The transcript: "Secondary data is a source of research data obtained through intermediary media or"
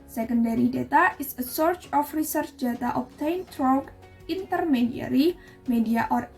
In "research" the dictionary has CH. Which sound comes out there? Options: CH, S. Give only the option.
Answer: CH